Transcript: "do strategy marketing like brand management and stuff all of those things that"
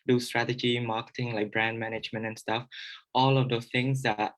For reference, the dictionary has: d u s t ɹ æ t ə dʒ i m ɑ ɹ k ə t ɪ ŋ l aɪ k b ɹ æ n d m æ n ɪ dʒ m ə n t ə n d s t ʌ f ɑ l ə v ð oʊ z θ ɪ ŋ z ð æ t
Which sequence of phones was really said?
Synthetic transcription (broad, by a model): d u s t ɹ æ t ə dʒ i m ɑ k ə t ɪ ŋ l aɪ k b ɹ æ n d m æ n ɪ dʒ m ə n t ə n s t ʌ f ɑ l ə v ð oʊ θ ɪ ŋ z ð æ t